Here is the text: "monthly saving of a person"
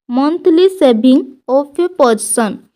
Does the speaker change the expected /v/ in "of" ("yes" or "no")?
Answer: yes